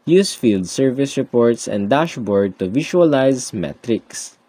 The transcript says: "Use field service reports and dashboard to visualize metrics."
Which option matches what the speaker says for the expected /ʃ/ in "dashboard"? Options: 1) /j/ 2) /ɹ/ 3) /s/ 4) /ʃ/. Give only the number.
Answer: 4